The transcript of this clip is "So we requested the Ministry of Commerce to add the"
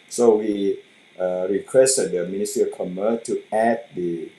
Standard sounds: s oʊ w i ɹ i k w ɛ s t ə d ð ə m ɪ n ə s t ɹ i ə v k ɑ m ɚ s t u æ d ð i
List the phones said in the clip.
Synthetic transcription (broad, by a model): s oʊ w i ɹ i k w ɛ s t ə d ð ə m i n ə s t i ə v k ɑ m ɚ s t u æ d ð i